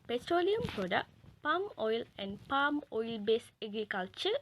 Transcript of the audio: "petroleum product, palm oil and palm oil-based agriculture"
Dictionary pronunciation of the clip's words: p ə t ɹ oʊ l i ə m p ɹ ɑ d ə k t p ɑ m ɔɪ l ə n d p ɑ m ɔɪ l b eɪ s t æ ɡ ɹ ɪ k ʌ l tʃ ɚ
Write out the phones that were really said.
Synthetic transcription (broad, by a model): p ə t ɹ oʊ l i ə m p ɹ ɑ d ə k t p ɑ m ɔɪ l ə n d p ɑ m ɔɪ l b eɪ s ɛ ɡ ɹ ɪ k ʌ l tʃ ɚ